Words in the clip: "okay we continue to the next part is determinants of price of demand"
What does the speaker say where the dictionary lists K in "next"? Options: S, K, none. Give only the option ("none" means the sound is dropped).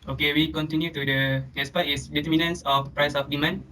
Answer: none